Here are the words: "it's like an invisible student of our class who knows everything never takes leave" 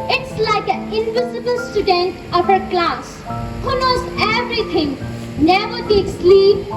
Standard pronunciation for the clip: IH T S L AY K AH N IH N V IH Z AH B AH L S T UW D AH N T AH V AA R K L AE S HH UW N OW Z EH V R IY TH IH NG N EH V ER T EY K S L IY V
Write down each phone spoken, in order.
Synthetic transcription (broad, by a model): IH T S L AY K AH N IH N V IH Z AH B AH L S T UW D AH N T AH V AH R K L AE S HH UW N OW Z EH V R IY T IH NG N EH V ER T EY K S L IY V